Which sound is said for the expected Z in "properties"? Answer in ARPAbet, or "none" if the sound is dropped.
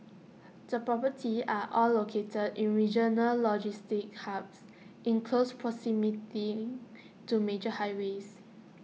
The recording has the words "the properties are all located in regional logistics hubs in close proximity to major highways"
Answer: none